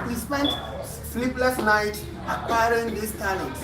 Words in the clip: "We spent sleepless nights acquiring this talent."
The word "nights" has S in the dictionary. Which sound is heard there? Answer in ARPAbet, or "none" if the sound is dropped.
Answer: none